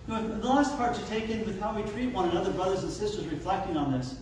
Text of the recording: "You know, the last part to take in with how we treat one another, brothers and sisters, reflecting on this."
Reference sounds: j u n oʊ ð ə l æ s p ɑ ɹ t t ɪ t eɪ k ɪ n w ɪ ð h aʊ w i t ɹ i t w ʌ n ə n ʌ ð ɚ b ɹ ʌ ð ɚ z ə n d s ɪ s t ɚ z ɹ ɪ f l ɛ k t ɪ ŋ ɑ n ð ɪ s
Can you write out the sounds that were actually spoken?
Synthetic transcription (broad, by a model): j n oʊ ð ə l æ s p ɑ ɹ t t ɪ t eɪ k ɪ n w ɪ ð h aʊ w i t ɹ i t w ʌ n ə n ʌ ð ɚ b ɹ ʌ ð ɚ z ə n s ɪ s t ɚ z ɹ ɪ f l ɛ k t ɪ ŋ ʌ n ð ɪ s